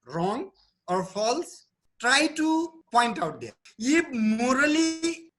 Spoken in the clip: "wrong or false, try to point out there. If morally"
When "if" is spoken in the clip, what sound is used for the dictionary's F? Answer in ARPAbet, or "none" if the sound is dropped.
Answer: P